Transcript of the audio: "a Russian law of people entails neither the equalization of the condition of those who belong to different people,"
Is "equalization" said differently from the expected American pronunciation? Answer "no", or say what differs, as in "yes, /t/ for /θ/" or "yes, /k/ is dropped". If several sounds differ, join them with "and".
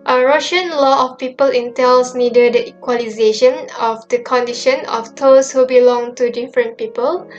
no